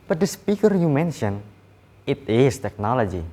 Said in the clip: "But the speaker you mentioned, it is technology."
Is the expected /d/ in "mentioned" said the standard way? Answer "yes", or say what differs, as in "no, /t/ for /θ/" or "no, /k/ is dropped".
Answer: no, /d/ is dropped